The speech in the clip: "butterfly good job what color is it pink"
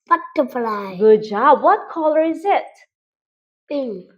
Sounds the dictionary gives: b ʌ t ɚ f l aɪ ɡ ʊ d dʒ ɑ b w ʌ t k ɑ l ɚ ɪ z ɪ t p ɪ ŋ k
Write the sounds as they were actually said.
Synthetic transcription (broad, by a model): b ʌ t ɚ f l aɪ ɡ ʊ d dʒ ɑ b w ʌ t k ɑ l ɚ ɪ z ɪ t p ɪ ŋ